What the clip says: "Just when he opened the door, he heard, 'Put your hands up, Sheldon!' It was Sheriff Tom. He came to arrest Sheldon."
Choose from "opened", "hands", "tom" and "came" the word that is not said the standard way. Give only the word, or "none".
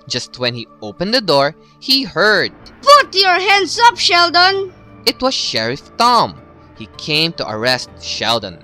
hands